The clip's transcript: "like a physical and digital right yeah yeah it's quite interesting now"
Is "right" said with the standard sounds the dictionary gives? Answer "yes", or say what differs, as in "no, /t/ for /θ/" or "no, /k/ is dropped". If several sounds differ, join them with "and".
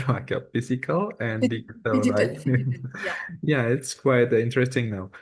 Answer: no, /l/ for /ɹ/